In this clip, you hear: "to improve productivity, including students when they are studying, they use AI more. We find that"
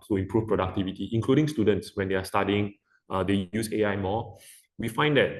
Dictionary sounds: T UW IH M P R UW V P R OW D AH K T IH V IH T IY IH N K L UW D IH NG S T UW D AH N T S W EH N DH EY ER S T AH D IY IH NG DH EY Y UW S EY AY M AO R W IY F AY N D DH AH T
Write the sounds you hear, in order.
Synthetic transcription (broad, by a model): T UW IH M P R UW F P R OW D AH K T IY V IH T IY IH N K L UW D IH NG S T UW D AH N T S W EH N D EY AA S T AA D IY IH NG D EY Y UW S EY AY M AO W IY F AY N D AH T